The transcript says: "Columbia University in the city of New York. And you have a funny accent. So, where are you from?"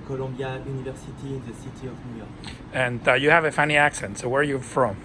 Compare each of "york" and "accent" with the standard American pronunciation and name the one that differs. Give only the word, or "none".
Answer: none